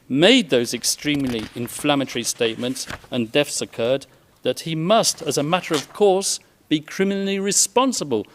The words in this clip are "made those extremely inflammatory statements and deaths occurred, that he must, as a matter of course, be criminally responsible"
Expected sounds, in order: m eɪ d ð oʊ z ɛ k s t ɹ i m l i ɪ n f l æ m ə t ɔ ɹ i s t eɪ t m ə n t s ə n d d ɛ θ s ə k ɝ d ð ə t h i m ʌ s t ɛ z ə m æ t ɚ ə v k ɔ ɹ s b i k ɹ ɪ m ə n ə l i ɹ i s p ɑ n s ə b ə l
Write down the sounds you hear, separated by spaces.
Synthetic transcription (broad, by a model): m eɪ d ð oʊ z ɛ k s t ɹ i m l i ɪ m f l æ m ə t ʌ ɹ i s t eɪ t m ə n t s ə n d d ɛ f s ə k ɝ d ð ə t h i m ʌ s t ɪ z ə m æ t ɚ ə v k ɔ ɹ s b i k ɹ ɪ m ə n l i ɹ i s p ɑ n s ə b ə l